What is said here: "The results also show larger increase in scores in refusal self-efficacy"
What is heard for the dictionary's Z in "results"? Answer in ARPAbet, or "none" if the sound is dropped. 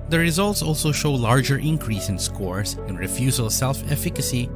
Z